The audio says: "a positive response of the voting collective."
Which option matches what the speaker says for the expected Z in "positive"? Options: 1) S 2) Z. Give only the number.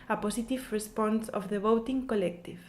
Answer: 1